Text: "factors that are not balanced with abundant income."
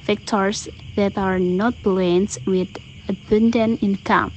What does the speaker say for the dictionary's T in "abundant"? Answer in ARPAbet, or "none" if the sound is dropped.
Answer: none